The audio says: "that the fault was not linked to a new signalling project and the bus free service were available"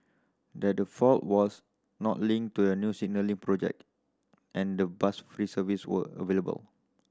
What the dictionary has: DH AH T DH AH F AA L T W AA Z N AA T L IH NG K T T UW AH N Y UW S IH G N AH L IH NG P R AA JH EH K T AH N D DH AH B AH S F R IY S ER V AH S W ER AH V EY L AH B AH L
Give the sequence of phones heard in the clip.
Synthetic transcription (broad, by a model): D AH T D AH F AA L T W AA S N AA T L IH NG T T UW AH N Y UW S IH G N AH L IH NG P R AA JH EH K T AH N D AH B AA S F R IY S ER V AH S W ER AH V EY L AH B AH L